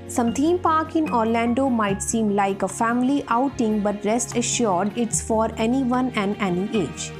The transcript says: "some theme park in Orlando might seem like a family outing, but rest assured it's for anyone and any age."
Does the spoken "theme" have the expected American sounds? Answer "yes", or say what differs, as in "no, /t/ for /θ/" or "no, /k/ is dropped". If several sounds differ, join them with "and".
no, /t/ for /θ/